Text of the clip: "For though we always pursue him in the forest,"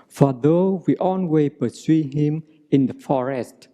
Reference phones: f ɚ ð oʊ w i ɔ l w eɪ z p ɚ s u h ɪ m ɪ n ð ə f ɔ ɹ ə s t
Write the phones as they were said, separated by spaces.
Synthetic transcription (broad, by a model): f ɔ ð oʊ w i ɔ n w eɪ p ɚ s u h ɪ m ɪ n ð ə f ɔ ɹ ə s t